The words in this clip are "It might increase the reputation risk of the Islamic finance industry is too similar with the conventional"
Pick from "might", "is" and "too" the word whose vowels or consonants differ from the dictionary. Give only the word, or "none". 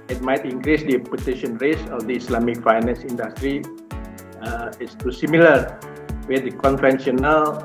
is